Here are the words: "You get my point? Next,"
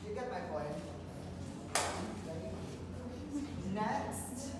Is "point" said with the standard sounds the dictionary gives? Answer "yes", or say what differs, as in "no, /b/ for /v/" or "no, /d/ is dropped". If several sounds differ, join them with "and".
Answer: no, /b/ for /p/